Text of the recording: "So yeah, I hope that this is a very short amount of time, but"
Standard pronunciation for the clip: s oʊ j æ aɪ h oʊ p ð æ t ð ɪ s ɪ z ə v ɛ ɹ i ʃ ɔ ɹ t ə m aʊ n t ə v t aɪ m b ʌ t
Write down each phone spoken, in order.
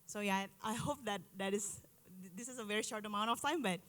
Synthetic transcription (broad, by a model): s oʊ j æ aɪ h oʊ p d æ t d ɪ s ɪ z ə v ɛ ɹ i ʃ ɔ ɹ t ə m aʊ n t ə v t aɪ m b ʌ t